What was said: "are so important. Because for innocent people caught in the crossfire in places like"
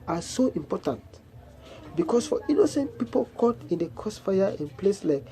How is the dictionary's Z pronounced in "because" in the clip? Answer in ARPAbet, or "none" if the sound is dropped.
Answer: S